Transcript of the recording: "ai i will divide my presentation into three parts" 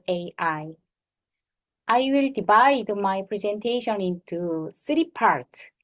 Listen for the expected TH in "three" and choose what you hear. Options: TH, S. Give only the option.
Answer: S